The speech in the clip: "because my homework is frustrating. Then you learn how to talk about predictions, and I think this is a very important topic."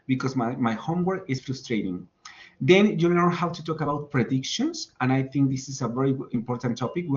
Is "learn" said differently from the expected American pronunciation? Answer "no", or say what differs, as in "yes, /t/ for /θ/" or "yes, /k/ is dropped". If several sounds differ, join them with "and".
yes, /n/ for /l/